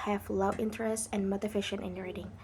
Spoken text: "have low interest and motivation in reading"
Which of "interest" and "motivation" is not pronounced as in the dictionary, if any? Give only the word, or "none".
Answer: motivation